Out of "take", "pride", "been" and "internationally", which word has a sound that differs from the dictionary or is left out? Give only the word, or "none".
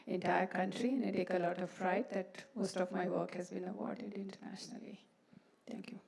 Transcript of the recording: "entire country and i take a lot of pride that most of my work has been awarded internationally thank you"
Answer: pride